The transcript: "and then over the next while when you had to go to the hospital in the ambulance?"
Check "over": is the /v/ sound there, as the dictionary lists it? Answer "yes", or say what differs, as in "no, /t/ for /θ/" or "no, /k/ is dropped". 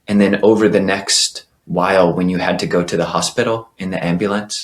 yes